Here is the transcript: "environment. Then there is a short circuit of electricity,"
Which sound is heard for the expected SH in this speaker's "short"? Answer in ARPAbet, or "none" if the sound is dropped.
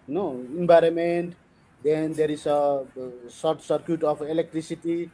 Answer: S